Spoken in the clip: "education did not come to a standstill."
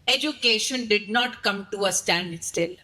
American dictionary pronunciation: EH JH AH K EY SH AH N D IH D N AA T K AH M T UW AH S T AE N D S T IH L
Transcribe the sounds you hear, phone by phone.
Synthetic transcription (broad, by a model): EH JH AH K EY SH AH N D IH D N AA T K AH M T UW AH S T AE N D S T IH L